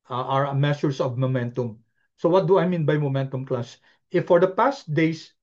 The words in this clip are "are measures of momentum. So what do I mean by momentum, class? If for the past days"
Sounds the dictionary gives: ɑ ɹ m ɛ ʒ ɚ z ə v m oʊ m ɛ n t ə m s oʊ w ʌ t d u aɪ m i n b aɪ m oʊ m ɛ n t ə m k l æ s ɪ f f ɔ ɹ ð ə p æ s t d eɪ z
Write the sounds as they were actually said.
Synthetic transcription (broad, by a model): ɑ ɹ m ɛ s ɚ s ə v m oʊ m ɛ n t ə m s oʊ w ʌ t d u aɪ m i n b aɪ m oʊ m ɛ n t ə m k l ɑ s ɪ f f ɔ ɹ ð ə p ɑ s t d eɪ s